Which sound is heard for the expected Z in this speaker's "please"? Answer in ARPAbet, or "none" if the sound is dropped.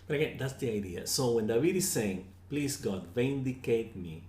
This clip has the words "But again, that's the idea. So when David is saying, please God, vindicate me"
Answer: S